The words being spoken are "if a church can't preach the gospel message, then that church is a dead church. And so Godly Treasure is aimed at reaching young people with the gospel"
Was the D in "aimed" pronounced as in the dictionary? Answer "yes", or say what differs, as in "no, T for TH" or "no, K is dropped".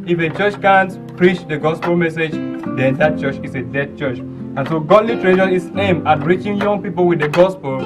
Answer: no, D is dropped